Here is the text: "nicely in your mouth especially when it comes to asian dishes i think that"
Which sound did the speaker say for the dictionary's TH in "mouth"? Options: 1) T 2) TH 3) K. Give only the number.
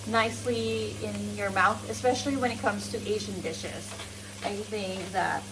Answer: 2